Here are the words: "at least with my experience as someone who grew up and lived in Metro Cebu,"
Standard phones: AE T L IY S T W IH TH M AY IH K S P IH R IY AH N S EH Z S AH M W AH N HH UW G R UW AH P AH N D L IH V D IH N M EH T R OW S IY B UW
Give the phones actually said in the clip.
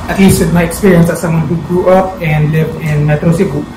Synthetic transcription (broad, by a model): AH T L IY S T W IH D M AY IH K S P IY R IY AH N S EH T S AH M W AH N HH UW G R UW AH P AH N D L IH V D IH N M EH T R OW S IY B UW